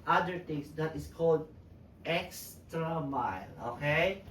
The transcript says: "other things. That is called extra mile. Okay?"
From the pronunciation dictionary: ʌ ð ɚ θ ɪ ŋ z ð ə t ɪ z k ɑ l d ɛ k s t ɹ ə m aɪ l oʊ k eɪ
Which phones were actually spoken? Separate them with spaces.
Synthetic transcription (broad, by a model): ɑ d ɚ t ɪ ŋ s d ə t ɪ s k ɑ l d ɛ k s t ɹ ə m aɪ l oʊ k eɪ